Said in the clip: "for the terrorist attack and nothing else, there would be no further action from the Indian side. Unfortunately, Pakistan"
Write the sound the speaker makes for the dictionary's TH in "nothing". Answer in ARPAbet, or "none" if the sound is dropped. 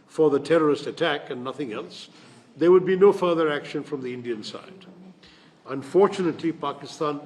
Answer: TH